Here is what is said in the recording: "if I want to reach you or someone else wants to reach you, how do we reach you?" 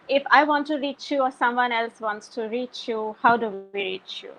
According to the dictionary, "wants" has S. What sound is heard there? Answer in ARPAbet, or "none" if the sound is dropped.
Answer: S